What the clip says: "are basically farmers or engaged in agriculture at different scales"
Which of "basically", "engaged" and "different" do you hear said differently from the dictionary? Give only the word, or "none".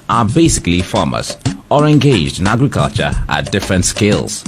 none